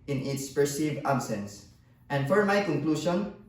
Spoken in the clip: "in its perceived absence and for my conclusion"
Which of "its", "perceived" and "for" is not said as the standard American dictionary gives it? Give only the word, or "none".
none